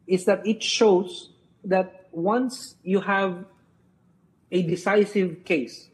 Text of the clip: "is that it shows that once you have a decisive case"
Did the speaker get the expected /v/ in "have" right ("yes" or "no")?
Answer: yes